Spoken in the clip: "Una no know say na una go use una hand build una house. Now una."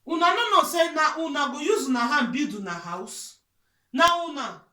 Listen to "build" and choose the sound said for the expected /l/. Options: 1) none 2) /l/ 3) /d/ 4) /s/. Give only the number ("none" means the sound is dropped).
1